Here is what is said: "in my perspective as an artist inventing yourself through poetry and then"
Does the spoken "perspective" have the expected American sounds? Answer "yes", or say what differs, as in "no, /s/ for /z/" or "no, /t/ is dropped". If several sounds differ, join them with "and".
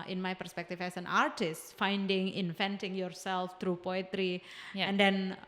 no, /f/ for /v/